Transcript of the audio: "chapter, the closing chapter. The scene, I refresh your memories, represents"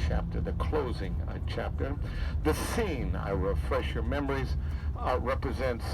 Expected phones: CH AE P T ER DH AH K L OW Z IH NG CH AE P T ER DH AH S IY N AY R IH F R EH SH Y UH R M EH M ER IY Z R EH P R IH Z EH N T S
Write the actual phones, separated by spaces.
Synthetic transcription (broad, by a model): CH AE P T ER DH AH K L OW Z IH NG CH AE P T ER DH AH S IY N AY R IH F R EH SH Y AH R M EH M ER IY Z R EH P R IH Z EH N T S